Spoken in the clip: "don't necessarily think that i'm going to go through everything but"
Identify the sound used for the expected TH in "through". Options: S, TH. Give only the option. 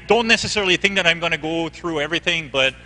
TH